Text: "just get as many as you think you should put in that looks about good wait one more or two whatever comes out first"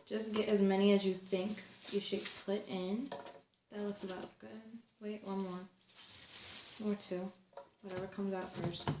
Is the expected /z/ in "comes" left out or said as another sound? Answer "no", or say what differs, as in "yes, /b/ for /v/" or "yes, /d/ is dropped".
no